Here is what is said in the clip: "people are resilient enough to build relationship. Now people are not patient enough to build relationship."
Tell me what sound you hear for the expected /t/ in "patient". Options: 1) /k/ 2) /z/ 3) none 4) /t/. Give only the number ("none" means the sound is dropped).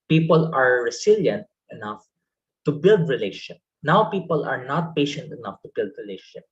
4